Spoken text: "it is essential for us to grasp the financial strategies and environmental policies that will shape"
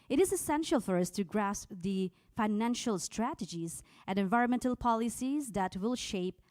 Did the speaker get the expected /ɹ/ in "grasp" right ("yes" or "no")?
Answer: yes